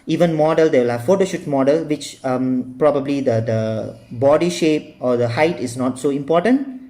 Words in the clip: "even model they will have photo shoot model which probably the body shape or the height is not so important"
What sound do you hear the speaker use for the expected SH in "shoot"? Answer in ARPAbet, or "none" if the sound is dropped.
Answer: SH